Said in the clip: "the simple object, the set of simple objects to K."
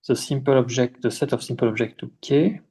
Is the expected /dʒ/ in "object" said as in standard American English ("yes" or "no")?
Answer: no